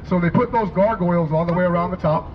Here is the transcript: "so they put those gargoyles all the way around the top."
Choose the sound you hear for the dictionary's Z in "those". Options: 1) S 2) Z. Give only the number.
2